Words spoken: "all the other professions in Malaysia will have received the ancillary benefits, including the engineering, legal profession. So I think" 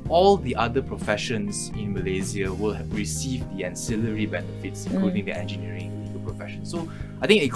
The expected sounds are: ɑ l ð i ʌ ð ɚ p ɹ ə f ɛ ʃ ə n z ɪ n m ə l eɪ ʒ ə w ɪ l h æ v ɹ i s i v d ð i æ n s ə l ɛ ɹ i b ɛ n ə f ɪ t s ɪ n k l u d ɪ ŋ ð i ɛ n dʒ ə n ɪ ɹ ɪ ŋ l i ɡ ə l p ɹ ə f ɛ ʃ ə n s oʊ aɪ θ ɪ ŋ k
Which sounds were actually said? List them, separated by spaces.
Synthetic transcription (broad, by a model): ɑ l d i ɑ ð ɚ p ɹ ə f ɛ ʃ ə n s ɪ n m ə l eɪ z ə w ɪ l h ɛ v ɹ i s i v d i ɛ n s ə l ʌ ɹ i b ɛ n ə f ɪ t s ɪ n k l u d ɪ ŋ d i ɛ n dʒ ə n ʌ ɹ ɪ ŋ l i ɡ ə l p ɹ ə f ɛ ʃ ə n s oʊ aɪ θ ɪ ŋ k